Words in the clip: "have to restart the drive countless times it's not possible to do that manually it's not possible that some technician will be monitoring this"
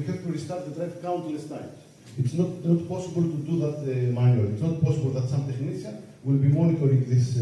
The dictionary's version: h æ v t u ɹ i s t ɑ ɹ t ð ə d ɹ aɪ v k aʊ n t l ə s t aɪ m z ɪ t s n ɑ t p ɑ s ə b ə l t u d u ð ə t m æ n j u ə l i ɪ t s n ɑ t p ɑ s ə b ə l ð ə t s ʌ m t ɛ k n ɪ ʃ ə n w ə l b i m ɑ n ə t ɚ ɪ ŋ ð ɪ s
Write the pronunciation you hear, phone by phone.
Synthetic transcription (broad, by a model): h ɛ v t u ɹ i s t ɑ ɹ t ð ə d ɹ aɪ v k aʊ n t l ə s t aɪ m ɪ t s n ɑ t p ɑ s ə b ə l t u d u ð ə t m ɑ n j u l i t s n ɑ t p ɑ s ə b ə l ð ə t s ʌ m t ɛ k n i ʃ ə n w ə l b i m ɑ n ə t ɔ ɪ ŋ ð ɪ s